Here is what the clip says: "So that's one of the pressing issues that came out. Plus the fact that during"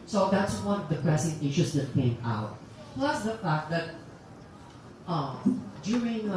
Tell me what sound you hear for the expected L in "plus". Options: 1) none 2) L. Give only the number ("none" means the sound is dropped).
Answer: 2